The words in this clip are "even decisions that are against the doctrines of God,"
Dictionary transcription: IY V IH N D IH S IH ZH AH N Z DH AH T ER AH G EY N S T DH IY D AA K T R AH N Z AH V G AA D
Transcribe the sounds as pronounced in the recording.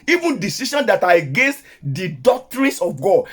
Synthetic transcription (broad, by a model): IY V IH N D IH S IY SH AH N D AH T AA AH G EY N S T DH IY D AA K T R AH N S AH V G AA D